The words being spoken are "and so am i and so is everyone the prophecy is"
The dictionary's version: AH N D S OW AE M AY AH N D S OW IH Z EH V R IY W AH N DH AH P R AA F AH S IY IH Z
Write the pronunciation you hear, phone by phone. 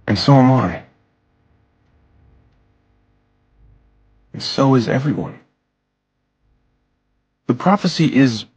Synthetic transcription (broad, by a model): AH N S OW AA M AY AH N S OW IH Z EH V R IY W AH N DH AH P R AA F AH S IY IH Z